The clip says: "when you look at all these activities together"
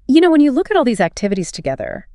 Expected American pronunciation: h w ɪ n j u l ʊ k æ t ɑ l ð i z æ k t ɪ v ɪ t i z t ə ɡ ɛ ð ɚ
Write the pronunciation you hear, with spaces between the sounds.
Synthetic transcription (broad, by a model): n w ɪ n j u l ʊ k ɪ t ɑ l ð i z æ k t ɪ v ɪ t i z t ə ɡ ɛ ð ɚ